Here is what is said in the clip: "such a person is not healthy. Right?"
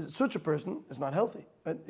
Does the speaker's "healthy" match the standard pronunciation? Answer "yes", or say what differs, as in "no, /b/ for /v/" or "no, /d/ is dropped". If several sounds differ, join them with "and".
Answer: yes